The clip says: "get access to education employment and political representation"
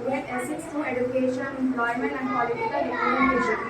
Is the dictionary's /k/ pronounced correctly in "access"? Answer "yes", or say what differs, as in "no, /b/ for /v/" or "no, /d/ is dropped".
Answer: no, /k/ is dropped